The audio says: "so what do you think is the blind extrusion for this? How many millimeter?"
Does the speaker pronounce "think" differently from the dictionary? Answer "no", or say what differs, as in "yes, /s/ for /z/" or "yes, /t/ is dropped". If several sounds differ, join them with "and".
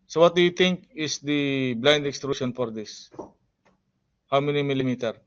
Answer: yes, /t/ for /θ/